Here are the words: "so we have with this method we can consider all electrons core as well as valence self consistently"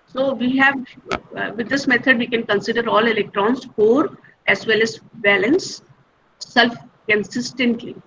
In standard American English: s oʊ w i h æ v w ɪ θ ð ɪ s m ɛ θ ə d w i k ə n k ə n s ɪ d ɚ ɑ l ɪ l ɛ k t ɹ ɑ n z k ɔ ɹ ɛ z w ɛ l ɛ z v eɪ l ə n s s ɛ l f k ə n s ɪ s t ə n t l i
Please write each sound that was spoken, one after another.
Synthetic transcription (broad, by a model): s oʊ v i h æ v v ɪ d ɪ s m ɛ t ə d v i k ə n k ə n s ɪ d ɚ ɑ l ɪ l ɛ k t ɹ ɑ n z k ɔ ɹ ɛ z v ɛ l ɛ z b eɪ l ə n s s ɛ l f k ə n s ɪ s t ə n t l i